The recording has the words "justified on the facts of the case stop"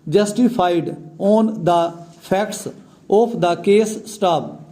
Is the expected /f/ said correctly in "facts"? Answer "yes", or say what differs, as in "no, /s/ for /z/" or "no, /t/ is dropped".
no, /p/ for /f/